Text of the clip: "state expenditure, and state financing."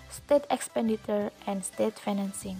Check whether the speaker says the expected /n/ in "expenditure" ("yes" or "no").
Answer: yes